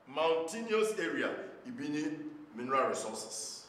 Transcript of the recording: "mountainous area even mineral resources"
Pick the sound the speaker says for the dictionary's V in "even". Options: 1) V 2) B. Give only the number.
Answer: 2